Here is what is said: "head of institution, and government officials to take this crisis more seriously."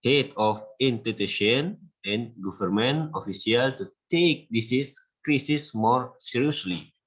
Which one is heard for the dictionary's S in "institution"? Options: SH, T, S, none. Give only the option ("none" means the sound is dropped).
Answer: none